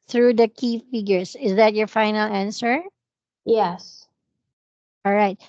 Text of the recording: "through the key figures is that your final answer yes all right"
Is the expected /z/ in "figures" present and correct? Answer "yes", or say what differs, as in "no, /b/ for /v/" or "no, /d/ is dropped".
no, /s/ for /z/